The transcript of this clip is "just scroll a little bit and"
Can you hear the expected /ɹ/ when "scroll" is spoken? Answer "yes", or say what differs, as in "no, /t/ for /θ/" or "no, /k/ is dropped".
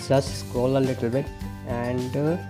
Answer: no, /ɹ/ is dropped